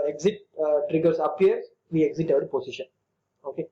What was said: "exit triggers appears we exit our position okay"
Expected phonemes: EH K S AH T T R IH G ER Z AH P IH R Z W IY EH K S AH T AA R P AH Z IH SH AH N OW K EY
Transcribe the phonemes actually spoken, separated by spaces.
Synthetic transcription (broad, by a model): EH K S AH T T R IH G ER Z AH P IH R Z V IY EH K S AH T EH R P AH S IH SH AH N OW K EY